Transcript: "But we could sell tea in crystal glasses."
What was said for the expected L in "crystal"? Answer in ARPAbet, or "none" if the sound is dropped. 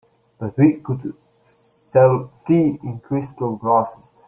L